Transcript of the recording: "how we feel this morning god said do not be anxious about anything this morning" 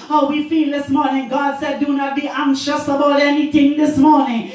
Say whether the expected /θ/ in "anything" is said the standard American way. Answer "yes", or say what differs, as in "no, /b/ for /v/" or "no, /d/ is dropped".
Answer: no, /t/ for /θ/